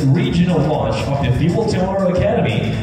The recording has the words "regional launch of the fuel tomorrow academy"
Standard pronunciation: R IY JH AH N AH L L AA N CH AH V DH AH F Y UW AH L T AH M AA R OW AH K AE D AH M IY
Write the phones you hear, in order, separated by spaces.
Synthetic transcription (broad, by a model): R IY JH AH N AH L W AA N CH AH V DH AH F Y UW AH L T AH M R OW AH K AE D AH M IY